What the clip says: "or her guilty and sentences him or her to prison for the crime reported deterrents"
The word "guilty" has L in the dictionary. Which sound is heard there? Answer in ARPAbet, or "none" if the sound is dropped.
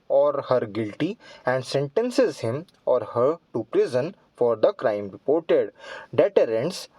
L